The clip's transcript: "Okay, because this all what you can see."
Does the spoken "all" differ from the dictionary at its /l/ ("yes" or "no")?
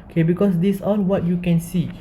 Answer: yes